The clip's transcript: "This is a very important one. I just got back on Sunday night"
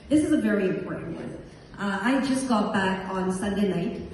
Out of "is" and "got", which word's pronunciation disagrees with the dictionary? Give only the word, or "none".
none